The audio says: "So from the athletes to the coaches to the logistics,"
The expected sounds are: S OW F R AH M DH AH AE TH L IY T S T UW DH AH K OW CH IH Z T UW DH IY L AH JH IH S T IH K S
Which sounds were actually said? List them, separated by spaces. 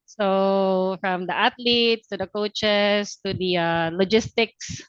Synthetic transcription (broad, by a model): S OW F R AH M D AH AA T L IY T S T UW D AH K OW CH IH S T UW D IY L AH JH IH S T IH K S